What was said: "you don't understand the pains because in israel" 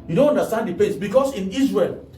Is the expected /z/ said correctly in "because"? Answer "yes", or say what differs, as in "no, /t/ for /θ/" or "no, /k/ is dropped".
no, /s/ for /z/